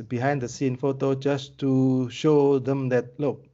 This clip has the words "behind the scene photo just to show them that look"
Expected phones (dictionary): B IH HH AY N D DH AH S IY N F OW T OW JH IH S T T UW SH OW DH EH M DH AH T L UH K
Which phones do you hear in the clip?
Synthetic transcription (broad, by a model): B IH HH AY N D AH S IY N F OW T OW JH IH S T T UW SH OW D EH M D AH T L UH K